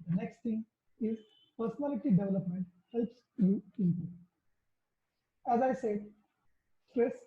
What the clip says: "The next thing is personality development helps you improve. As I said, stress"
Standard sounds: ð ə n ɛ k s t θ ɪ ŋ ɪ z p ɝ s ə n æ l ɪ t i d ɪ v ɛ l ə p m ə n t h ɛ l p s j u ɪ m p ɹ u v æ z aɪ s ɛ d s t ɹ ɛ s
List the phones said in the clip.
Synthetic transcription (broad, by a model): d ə n ɛ k s t t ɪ ŋ ɪ z p ɝ s ə n æ l ɪ t i d ɪ v ɛ l ə p m ə n t h ɛ l p s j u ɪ p ʌ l æ z aɪ s ɛ d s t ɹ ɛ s